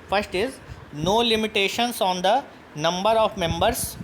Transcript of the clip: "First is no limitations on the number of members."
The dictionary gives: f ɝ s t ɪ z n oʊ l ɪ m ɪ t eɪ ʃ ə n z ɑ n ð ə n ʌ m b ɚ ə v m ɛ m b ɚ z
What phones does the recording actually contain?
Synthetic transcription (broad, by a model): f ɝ s t ɪ z n oʊ l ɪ m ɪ t eɪ ʃ ə n s ɑ n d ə n ʌ m b ɚ ə v m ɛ m b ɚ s